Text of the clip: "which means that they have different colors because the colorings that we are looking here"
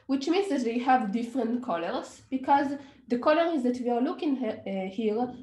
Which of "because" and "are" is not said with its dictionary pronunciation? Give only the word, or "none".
none